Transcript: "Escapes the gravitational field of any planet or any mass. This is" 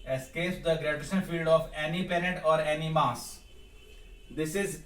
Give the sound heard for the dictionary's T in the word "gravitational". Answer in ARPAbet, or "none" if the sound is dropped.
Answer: S